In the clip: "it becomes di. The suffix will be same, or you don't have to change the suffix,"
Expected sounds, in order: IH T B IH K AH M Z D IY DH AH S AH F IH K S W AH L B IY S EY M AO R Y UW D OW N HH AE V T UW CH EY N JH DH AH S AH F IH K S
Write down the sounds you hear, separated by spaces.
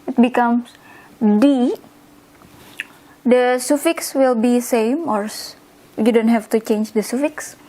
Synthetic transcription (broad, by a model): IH T B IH K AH M S D IY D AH S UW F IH K S W AH L B IY S EY M AO R Y UW D OW N HH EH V T UW CH EY N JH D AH S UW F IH K S